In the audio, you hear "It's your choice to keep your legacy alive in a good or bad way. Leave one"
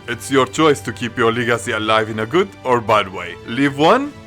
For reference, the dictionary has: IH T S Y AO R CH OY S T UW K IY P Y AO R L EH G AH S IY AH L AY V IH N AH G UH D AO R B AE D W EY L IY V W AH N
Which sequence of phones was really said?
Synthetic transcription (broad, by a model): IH T S Y AO R CH OY S T UW K IY P Y AO R L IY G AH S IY AH L AY V IH N AH G UH D AO R B AE D W EY L IY V W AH N